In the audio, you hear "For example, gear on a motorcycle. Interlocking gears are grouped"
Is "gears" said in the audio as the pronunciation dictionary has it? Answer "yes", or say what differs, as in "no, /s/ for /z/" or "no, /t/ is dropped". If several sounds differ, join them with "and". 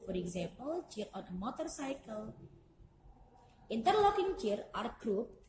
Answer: no, /z/ is dropped